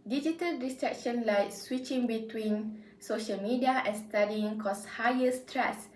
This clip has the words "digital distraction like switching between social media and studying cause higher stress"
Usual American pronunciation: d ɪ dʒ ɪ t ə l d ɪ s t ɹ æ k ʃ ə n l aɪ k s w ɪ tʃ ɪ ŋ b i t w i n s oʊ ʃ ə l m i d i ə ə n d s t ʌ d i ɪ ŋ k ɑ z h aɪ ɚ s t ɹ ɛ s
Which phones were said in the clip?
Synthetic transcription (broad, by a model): d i dʒ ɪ t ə l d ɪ s t ɹ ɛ k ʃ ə n l aɪ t s w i tʃ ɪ ŋ b i t w i n s oʊ ʃ ə l m i d i ə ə n s t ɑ d i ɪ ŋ k ɑ s h aɪ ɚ s t ɹ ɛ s